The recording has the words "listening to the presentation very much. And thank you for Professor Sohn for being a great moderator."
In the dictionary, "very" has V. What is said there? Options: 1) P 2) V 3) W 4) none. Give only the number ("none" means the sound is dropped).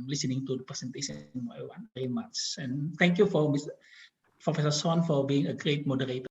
3